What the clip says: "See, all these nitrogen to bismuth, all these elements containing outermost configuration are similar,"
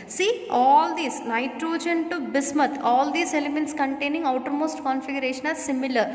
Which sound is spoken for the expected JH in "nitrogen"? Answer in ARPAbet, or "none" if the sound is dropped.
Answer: JH